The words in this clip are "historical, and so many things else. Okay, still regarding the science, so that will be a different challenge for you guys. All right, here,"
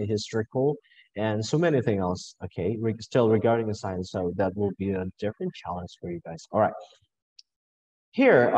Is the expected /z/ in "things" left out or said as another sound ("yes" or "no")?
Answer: yes